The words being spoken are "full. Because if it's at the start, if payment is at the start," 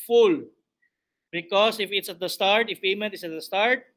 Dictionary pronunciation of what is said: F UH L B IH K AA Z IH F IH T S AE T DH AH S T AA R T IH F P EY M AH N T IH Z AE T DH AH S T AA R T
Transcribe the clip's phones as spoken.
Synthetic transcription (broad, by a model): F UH L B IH K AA S IH F IH T S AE T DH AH S T AA R T IH F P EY M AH T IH S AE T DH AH S T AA R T